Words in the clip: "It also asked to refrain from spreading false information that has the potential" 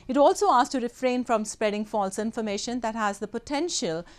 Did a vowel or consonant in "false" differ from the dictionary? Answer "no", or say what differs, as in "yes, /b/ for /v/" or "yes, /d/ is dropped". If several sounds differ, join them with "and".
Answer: no